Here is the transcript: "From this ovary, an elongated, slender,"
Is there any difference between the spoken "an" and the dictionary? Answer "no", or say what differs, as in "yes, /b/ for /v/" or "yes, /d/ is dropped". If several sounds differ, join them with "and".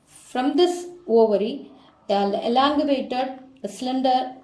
yes, /l/ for /n/